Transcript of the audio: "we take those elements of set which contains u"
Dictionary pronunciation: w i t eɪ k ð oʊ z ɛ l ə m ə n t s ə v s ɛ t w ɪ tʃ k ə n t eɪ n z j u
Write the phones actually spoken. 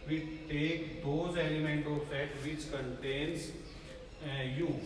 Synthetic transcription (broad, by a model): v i t eɪ k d oʊ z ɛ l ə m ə n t ə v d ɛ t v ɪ tʃ k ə n t eɪ n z j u